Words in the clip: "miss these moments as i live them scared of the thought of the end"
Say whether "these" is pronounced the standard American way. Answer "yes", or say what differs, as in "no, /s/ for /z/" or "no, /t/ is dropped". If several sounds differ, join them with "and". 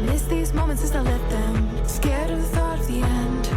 yes